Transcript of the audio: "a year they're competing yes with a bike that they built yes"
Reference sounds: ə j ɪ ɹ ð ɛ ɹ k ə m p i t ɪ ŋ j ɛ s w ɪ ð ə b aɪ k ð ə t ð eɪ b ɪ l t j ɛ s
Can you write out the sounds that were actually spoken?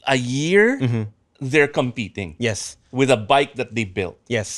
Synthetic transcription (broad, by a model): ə j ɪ ɹ ð ɛ ɹ k ə m p i t ɪ ŋ j ɛ s w ɪ ð ə b aɪ k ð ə t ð eɪ b ɪ l t j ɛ s